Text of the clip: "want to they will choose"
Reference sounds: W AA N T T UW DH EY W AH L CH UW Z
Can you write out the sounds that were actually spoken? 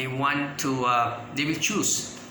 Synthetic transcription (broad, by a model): W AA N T T UW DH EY W AH L CH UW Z